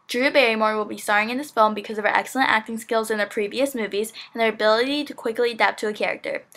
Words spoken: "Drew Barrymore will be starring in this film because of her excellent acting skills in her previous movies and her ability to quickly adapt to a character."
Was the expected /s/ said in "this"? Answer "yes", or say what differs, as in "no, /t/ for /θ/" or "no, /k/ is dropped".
yes